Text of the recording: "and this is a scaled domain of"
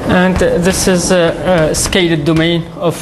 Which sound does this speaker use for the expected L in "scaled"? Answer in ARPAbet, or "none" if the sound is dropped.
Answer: none